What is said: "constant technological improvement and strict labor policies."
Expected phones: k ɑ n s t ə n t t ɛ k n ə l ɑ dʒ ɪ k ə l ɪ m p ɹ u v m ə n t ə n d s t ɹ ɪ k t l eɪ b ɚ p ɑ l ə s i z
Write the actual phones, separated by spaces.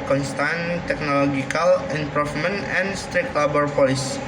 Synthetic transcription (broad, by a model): k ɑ n s t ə n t t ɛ k n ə l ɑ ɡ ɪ k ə l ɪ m p ɹ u f m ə n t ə n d s t ɹ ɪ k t l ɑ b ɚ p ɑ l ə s